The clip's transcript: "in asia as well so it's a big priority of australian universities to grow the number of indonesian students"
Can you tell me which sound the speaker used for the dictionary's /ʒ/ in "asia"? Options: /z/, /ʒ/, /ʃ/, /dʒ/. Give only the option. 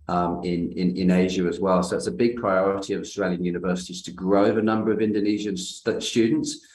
/ʒ/